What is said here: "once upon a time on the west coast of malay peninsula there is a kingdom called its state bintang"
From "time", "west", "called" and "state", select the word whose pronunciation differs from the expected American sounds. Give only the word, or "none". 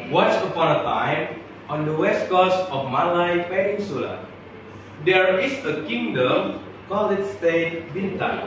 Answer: called